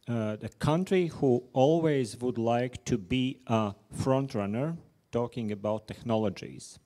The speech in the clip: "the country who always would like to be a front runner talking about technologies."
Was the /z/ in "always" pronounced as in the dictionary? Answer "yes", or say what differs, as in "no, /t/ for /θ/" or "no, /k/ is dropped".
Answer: yes